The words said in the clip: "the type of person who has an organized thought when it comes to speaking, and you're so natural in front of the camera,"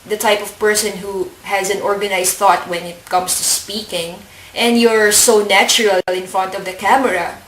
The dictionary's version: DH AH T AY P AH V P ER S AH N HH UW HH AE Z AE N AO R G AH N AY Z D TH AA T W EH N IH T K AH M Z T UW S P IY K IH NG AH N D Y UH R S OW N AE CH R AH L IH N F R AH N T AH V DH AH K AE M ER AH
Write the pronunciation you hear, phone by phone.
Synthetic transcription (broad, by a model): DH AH T AY P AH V P ER S AH N HH UW HH AE Z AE N AO R G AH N AY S TH AA T W EH N IH T K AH M S T UW S P IY K IH NG AH N D Y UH R S OW N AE CH R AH L IH N F R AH N T AH V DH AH K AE M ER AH